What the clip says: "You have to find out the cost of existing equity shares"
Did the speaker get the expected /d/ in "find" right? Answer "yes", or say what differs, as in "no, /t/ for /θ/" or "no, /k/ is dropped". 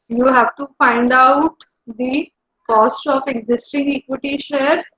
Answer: yes